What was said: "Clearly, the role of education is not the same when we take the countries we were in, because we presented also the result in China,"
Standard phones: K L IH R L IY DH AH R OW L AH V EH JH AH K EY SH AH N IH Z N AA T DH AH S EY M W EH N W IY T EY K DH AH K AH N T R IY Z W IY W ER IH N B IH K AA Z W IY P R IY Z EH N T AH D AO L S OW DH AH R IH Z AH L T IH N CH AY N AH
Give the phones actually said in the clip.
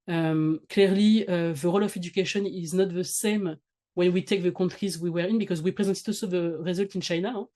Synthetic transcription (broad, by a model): K L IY R L IY DH AH R OW L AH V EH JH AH K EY SH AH N IH Z N AA T DH AH S EY M W EH N W IY T EY K DH AH K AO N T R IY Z W IY W ER IH N B IH K AA Z W IY P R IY Z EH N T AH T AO S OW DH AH R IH Z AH L T IH N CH AY N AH